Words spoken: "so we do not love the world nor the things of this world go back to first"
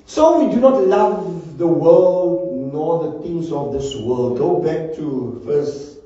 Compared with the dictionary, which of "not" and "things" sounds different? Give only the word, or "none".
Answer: things